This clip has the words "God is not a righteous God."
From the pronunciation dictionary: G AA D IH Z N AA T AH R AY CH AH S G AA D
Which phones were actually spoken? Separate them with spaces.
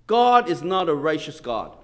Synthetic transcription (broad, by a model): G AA D IH Z N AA T AH R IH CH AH S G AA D